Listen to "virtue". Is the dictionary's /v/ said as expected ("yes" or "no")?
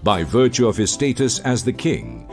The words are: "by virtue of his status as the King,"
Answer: yes